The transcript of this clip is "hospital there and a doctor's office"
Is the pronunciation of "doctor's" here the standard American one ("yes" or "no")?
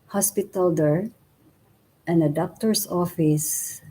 no